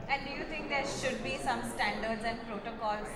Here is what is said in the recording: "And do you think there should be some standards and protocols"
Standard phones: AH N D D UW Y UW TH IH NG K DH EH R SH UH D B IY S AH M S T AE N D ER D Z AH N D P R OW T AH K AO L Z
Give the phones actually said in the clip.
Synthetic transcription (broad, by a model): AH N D D UW Y UW T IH NG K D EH R SH UH D B IY S AH M S T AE N D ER D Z AH N D P R OW T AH K AO L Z